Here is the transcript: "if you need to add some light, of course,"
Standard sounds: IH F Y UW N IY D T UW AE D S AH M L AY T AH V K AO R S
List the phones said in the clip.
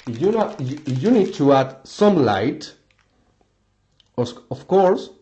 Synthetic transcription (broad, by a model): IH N Y UW N IY D T UW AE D S AH M L AY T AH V K AO R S